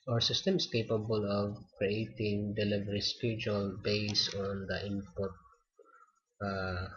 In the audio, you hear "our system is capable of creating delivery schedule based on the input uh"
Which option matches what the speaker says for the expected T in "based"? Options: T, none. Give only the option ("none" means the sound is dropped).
none